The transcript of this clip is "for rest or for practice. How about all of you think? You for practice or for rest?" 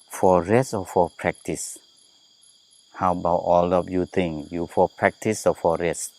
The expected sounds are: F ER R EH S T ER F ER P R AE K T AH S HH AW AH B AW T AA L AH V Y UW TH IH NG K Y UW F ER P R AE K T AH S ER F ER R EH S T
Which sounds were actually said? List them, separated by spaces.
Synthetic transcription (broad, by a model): F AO R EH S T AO F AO P R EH K T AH S HH AW AH B AW T AA L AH P Y UW T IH NG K Y UW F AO P R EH K T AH S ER F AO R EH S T